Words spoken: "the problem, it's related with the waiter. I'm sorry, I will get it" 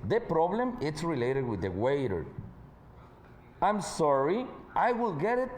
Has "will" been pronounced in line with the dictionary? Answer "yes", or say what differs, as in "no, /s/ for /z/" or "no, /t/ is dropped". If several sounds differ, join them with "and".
yes